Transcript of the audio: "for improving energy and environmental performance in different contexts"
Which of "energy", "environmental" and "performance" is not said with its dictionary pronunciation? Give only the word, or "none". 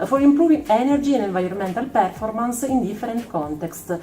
environmental